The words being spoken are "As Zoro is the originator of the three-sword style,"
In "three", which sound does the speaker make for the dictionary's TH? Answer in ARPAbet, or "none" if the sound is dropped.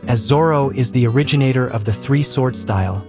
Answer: TH